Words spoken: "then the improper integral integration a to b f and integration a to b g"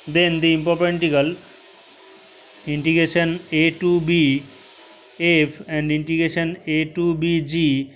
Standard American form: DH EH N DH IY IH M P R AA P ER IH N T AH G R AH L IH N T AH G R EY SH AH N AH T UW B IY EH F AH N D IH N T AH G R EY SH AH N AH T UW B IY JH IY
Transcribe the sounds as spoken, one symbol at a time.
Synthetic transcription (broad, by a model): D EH N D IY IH M P AA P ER N T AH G AH L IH N T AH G R EY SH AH N AH T UW B IY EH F AH N D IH N T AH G R EY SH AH N AH T UW B IY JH IY